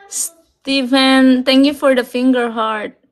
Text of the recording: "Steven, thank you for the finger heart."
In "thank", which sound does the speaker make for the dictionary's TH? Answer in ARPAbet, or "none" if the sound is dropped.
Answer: T